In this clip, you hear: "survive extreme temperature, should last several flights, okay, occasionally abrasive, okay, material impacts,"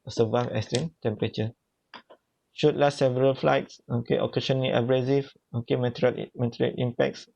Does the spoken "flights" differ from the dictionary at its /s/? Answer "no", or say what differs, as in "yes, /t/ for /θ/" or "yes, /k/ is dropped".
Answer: no